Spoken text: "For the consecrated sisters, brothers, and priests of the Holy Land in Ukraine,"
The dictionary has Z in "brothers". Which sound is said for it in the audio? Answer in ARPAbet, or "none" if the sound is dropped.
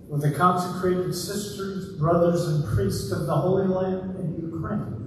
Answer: Z